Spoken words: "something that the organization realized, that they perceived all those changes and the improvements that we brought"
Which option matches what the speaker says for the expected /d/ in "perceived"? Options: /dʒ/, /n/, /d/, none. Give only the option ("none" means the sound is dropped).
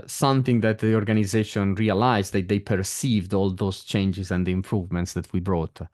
/d/